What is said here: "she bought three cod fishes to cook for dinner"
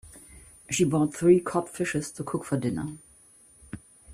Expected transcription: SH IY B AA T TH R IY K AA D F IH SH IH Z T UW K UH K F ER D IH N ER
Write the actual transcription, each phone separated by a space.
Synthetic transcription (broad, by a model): SH IY B AA T TH R IY K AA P F IH SH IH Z T UW K UH K F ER D IH N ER